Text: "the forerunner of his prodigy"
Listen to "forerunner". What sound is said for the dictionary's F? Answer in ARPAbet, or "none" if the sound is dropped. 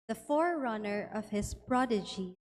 F